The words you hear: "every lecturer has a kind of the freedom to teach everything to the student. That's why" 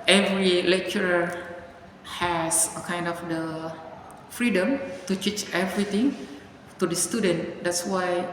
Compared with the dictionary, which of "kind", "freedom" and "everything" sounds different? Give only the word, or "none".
everything